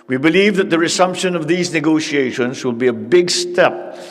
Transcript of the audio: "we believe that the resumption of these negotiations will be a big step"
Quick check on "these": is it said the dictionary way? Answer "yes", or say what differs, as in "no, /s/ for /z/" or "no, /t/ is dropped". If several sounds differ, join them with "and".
yes